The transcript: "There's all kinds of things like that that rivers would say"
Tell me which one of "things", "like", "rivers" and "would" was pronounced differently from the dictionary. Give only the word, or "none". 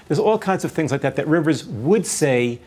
none